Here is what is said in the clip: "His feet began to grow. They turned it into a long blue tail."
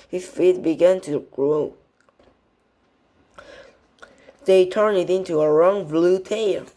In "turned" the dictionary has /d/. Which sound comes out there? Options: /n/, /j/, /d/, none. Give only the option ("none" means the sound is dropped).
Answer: none